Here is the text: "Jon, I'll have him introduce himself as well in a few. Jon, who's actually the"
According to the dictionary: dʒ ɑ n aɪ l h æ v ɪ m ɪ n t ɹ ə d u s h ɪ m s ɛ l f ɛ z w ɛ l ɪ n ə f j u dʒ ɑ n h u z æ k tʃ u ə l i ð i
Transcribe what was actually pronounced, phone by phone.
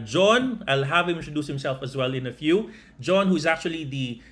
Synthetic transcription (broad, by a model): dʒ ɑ n aɪ l h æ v ɪ m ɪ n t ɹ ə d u s h ɪ m s ɛ l f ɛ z w ɛ l ɪ n ə f j u dʒ ɑ n h u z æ k tʃ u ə l i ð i